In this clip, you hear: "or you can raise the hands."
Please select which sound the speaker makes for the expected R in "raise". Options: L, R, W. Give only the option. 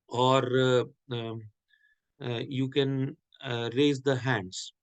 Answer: R